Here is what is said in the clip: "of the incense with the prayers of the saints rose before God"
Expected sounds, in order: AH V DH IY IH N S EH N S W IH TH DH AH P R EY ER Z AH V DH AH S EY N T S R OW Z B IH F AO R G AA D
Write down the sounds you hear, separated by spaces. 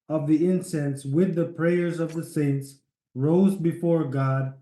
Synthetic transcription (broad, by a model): AH V DH IY IH N S EH N S W IH DH AH P R EY ER Z AH V DH AH S EY N T S R OW Z B IH F AO R G AA D